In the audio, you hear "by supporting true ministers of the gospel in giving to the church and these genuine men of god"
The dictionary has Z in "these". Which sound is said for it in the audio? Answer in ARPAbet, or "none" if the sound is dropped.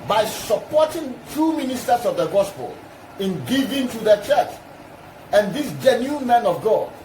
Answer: S